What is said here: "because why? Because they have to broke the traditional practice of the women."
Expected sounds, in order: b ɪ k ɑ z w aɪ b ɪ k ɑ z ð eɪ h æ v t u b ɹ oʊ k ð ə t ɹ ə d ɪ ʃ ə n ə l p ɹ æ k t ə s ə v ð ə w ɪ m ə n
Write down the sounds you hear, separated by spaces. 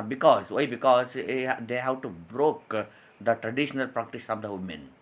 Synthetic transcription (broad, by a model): b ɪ k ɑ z w aɪ b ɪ k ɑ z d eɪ h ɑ w t u b ɹ oʊ k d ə t ɹ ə d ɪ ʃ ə n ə l p ɹ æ k t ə s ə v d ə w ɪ m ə n